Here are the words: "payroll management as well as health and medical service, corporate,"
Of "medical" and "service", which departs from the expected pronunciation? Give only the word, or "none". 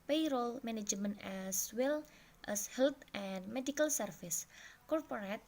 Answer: service